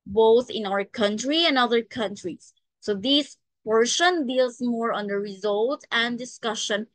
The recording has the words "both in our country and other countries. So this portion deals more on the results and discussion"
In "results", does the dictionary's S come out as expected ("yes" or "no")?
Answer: no